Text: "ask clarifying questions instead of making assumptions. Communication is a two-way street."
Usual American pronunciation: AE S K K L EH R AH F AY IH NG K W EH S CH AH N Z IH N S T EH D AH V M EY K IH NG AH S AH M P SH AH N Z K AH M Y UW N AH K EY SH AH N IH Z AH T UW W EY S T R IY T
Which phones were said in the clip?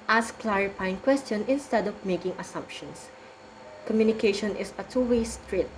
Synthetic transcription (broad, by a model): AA S K K L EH R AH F AY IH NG K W EH S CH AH N IH N S T EH D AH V M EY K IH NG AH S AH M P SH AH N S K AH M Y UW N AH K EY SH AH N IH S AH T UW W EY S T R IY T